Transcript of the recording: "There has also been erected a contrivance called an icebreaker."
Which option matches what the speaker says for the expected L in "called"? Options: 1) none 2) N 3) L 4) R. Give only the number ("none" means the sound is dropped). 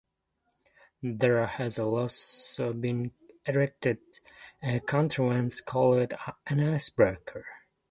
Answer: 3